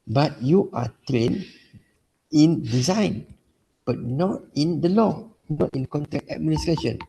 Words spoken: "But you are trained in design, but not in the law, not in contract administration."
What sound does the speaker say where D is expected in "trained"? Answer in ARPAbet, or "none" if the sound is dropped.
none